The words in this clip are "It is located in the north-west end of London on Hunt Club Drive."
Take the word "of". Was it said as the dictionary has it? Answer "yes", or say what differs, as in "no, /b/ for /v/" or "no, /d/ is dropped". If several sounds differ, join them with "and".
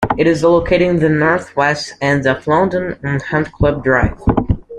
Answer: no, /f/ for /v/